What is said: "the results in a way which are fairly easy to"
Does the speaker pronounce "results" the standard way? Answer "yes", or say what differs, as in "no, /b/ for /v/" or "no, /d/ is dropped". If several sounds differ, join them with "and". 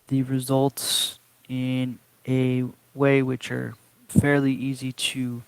yes